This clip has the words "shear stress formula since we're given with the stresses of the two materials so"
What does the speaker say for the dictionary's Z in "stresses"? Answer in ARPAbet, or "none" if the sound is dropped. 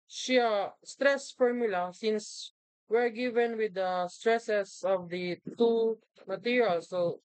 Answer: S